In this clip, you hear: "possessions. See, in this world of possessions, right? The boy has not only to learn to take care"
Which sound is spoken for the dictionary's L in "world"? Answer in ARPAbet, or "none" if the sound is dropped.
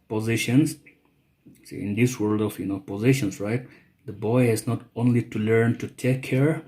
L